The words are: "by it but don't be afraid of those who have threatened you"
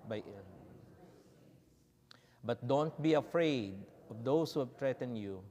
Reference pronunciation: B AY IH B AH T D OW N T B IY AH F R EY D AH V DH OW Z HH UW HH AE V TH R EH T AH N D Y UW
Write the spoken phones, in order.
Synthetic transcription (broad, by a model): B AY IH B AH T D OW N T B IY AH F R EY D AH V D OW S HH UW HH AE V T R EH T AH N Y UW